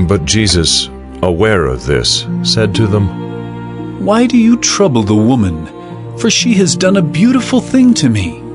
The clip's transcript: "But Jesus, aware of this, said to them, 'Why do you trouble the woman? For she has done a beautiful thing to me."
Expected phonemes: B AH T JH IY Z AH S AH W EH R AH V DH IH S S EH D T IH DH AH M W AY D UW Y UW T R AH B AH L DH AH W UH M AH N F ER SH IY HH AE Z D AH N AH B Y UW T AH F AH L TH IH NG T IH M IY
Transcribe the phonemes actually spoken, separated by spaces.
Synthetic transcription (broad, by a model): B AH T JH IY Z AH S AH W EH R AH V DH IH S S EH D T IH DH AH M W AY D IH Y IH T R AH B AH L DH AH W UH M AH N F ER SH IY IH Z D AH N AH B Y UW T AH F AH L TH IH NG T IH M IY